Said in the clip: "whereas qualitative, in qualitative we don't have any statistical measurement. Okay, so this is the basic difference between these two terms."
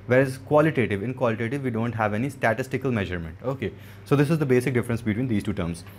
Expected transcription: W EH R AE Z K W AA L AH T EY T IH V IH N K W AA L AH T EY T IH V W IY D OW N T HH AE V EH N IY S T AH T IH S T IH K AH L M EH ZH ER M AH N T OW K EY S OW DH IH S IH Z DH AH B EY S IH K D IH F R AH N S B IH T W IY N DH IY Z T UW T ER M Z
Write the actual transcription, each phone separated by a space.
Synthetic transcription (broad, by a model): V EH R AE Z K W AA L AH T EY T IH V IH N K W AA L AH T EY T IH V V IY D OW N T HH AE V EH N IY S T AH T IH S T IH K AH L M EH ZH ER M AH N T OW K EY S OW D IH S IH Z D AH B EY S IH K D IH F R AH N S B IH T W IY N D IY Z T UW T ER M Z